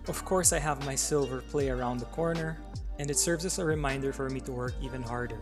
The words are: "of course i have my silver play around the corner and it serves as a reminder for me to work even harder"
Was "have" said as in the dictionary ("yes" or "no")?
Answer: yes